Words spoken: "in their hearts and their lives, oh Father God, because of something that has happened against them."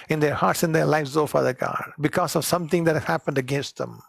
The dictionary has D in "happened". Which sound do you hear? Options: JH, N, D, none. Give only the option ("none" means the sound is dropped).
D